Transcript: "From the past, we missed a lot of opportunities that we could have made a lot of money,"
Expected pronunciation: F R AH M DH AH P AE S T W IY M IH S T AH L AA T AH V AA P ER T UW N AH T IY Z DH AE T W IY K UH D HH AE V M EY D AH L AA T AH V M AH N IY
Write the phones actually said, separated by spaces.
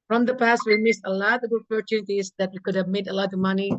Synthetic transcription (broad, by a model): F R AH M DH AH P AE S T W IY M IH S AH L AA T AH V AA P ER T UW N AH T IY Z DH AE T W IY K UH D HH AE V M EY D AH L AA T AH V M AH N IY